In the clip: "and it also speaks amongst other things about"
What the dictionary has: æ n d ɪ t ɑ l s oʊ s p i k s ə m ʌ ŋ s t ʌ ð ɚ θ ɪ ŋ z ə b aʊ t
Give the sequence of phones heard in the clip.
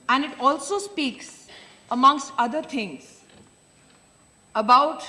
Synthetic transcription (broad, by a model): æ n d ɪ t ɑ l s oʊ s p i k s ə m ʌ ŋ s t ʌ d ɚ t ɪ ŋ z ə b aʊ t